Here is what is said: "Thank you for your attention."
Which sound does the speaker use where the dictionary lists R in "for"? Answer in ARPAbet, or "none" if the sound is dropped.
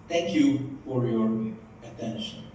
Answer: R